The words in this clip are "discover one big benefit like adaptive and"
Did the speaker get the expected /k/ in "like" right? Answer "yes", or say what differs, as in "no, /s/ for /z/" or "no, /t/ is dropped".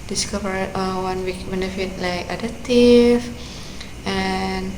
yes